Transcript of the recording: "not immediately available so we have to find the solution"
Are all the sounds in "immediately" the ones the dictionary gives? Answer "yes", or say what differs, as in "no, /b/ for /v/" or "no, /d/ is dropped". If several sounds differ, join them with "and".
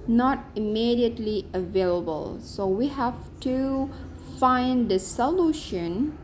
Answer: yes